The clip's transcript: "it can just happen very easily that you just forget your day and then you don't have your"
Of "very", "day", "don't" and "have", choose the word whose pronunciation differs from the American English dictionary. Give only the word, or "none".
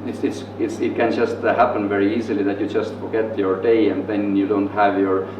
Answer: none